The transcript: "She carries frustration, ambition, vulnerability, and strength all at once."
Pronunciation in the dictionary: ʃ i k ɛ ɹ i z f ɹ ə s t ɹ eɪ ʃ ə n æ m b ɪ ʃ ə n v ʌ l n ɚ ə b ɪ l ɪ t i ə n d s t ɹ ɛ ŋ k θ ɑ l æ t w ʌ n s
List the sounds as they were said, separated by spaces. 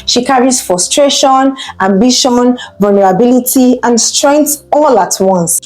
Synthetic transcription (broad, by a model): ʃ i k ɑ ɹ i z f ɹ ə s t ɹ eɪ ʃ ə n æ m b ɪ ʃ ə n v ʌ l n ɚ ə b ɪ l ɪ t i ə n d s t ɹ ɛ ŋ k t ɑ l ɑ t w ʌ n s